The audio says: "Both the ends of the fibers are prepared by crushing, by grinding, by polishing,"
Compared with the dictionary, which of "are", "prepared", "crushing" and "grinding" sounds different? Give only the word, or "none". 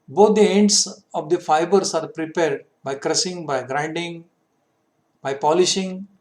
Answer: crushing